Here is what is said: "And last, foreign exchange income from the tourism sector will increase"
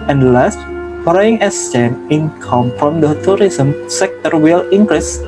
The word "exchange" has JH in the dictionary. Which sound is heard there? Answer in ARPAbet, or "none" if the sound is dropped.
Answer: none